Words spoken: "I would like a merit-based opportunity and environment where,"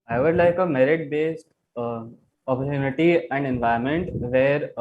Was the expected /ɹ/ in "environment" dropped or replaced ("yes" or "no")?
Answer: yes